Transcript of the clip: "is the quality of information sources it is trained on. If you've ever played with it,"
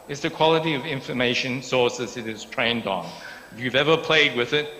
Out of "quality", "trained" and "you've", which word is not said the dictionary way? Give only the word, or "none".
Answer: none